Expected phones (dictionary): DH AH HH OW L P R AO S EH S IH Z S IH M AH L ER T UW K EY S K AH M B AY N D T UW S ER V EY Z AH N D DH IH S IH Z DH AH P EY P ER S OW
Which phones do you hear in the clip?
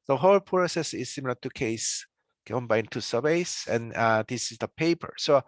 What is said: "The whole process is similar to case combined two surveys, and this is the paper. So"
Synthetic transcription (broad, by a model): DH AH HH OW L P R AO S EH S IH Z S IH M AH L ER T UW K EY S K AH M B AY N T UW S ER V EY S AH N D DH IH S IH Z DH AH P EY P ER S OW